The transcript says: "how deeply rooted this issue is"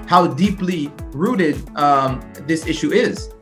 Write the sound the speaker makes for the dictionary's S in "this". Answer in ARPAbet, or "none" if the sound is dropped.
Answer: S